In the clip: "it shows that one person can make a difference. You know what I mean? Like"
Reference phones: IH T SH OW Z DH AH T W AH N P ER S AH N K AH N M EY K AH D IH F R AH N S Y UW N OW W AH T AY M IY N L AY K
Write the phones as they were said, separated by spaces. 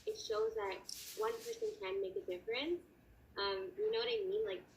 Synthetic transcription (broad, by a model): IH T SH OW Z DH AH T W AH N P ER S AH N K AH N M EY K AH D IH F R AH N S Y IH N OW W AH T AY M IY N L AY K